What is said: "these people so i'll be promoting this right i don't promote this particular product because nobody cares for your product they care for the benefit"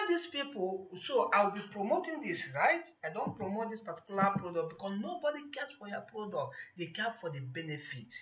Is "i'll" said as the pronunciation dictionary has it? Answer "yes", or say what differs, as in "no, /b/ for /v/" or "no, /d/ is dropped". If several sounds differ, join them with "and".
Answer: no, /w/ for /l/